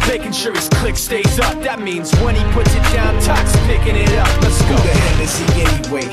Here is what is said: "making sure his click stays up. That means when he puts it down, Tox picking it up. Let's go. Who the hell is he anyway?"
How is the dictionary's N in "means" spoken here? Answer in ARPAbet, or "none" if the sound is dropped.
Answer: N